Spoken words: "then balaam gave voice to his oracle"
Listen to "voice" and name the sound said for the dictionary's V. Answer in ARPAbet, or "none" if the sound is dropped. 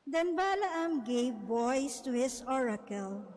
B